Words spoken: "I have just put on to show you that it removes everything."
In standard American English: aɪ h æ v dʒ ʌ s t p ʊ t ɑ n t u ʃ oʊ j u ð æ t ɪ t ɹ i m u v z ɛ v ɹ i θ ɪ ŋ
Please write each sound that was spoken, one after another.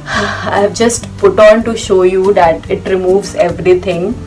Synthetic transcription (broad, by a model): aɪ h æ v dʒ ʌ s t p ʊ t ɑ n t u ʃ oʊ j u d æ t ɪ t ɹ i m u v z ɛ v ɹ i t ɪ ŋ